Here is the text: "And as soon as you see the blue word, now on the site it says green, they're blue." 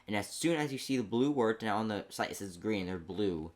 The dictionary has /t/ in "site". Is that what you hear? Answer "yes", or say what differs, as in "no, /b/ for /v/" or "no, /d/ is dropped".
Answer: no, /t/ is dropped